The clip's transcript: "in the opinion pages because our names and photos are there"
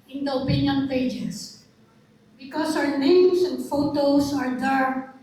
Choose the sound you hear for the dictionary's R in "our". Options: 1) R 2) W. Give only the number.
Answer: 2